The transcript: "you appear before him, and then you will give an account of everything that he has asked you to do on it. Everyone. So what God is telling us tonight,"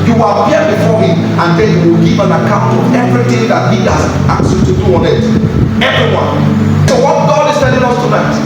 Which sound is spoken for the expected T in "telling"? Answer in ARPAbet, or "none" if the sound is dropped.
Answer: S